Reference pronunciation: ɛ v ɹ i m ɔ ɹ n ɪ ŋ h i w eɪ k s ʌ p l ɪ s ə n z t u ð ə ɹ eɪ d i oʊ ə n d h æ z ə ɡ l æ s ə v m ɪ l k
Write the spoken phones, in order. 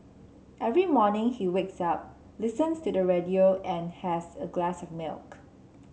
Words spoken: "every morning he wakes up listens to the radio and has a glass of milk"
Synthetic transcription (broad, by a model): ɛ v ɹ i m ɔ n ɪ ŋ h i w eɪ k s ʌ p l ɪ s ə n s t u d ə ɹ eɪ d i oʊ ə n h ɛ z ə ɡ l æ s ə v m ɪ l k